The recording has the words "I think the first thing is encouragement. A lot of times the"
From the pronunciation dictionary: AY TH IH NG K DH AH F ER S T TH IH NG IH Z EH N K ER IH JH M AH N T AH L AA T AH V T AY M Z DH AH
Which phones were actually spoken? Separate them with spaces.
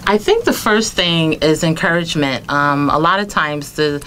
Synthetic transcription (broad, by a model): AY TH IH NG K DH AH F ER S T TH IH NG IH Z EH N K ER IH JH M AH N T AH L AA T AH V T AY M Z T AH